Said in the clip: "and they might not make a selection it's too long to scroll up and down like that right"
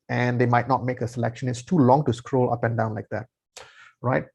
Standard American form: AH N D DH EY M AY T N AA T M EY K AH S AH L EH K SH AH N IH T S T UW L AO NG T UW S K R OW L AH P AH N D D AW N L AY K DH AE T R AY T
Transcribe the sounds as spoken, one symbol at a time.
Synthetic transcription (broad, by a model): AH N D EY M AY T N AA T M EY K AH S AH L EH K SH AH N IH T S T UW L AO NG T UW S K R OW L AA P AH N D D AW N L AY K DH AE T R AY T